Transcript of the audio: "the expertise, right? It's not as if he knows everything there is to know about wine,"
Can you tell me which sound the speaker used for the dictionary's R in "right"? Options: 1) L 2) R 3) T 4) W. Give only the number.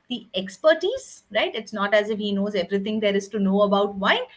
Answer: 2